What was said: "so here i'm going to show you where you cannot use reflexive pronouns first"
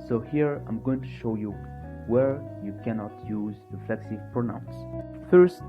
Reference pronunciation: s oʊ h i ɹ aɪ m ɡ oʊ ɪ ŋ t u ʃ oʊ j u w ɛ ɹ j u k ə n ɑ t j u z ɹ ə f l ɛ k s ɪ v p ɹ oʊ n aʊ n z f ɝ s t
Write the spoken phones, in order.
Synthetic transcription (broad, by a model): s oʊ h i ɹ aɪ m ɡ oʊ ɪ ŋ t u ʃ oʊ j u w ɛ ɹ j u k ə n ɑ t j u z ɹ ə f l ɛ k s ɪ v p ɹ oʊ n aʊ n s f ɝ s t